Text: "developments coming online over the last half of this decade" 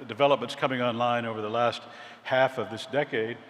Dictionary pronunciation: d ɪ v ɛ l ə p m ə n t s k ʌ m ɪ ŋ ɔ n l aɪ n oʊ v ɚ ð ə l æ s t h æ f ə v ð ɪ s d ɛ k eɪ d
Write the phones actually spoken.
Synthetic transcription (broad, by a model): d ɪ v ɛ l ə p m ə n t s k ʌ m ɪ ŋ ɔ n l aɪ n oʊ v ɚ ð ə l æ s t h æ f ə v ð ɪ s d ɛ k eɪ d